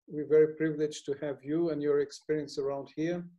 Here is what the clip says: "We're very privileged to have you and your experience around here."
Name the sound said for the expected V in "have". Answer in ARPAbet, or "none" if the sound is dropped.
V